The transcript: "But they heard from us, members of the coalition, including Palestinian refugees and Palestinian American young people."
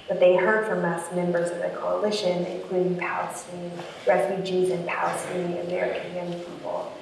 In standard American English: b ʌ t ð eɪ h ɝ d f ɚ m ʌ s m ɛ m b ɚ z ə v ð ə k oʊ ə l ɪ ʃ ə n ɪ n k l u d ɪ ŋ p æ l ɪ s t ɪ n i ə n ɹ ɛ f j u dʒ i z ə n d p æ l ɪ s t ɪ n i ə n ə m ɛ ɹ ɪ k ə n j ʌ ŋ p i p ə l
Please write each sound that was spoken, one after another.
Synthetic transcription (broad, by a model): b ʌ t ð eɪ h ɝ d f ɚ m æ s m ɛ m b ɚ z ə v ð ə k oʊ ə l ɪ ʃ ə n ɪ n k l u d ɪ ŋ p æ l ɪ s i ɹ ɛ f j u dʒ i z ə n p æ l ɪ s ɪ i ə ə m ɛ ɹ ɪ k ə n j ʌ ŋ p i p l